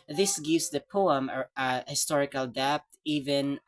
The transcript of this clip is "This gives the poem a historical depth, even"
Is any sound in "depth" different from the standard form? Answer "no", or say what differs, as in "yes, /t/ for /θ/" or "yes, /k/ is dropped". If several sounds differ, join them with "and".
yes, /t/ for /θ/